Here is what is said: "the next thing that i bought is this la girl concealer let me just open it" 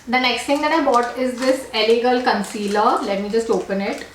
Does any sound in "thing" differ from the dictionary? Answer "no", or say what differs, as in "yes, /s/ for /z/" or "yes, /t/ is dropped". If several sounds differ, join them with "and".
yes, /t/ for /θ/